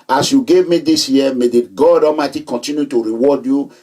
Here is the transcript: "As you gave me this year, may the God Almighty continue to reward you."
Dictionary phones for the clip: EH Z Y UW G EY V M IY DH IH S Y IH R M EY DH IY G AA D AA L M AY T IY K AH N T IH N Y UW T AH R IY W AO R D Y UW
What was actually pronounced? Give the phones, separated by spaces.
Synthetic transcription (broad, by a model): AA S Y UW G EY V M IY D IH S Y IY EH M EY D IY G AA D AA M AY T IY K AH N T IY N Y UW T AH R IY W AO D Y UW